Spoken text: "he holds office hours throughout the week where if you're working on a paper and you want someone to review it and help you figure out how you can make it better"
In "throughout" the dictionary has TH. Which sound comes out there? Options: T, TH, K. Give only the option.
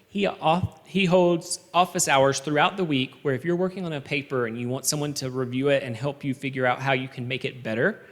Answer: TH